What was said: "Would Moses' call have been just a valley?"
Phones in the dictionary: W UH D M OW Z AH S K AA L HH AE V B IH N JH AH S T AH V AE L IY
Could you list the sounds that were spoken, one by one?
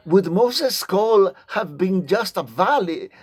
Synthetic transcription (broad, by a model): W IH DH M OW S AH S K AA L HH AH V B IH N JH AH S T AH V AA L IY